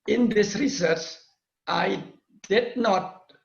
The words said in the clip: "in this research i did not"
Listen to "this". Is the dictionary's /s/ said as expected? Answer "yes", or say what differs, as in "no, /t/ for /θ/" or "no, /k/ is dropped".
yes